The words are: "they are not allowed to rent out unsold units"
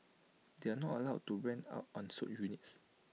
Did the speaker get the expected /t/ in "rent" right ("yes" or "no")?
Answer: no